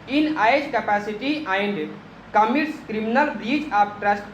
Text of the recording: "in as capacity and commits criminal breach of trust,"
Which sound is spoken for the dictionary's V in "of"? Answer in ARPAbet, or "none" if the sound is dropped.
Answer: P